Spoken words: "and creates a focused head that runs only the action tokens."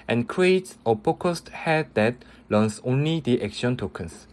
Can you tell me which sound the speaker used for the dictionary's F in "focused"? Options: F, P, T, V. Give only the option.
P